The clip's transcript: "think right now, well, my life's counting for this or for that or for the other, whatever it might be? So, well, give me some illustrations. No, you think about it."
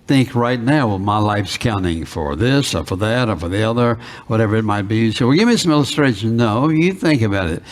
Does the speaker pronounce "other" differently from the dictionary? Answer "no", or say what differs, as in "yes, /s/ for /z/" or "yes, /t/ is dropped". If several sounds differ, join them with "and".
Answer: no